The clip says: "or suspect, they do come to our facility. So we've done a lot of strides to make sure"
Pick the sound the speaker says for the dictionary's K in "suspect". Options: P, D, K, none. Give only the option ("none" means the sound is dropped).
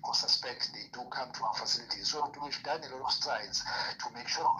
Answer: K